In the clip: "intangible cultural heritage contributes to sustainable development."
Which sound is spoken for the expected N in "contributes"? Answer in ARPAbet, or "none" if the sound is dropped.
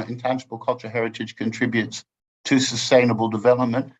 N